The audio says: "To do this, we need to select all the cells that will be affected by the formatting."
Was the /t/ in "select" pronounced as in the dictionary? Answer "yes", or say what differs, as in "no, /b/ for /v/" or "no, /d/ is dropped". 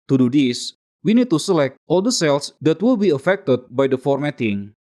yes